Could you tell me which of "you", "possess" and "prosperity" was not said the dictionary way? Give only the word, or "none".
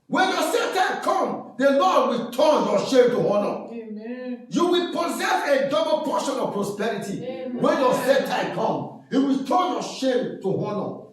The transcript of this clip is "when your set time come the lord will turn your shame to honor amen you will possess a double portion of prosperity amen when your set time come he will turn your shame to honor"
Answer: none